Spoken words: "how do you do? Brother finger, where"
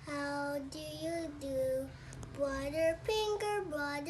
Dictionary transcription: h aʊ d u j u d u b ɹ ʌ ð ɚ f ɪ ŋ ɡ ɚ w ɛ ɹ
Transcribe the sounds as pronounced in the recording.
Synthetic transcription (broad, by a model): h aʊ d u j u d u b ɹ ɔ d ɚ p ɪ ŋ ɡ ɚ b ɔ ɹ